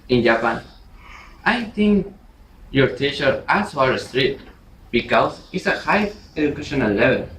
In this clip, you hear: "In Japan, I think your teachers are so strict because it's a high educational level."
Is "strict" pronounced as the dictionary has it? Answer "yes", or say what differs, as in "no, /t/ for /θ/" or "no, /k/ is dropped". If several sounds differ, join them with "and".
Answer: no, /k/ is dropped